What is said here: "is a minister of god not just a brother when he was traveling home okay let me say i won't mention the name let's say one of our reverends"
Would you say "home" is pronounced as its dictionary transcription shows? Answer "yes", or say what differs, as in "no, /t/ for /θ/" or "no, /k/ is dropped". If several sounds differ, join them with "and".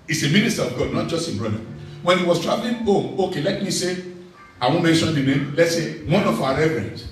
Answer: no, /m/ is dropped